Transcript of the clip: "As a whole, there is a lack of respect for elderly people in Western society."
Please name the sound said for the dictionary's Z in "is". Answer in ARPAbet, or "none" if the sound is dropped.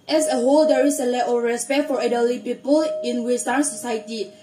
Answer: S